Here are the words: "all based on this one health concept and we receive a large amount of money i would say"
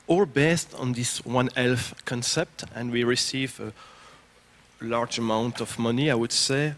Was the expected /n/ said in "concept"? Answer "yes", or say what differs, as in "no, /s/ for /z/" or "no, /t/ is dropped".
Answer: yes